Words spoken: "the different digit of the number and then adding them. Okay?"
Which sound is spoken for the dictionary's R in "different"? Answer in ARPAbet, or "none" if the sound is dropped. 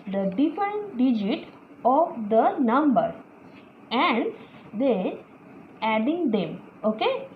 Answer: none